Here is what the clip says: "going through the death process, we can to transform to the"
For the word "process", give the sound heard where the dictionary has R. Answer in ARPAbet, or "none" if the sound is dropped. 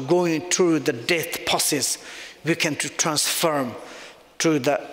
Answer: none